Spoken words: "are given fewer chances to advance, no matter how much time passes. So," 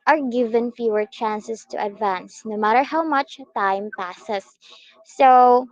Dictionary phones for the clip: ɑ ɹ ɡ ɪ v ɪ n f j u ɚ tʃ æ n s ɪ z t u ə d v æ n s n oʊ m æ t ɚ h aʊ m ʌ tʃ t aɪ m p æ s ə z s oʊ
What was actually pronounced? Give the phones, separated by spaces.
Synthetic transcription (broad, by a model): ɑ ɹ ɡ ɪ v ɪ n f j u ɚ tʃ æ n s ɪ s t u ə d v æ n s n oʊ m æ t ɚ h aʊ m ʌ tʃ t aɪ m p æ s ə s oʊ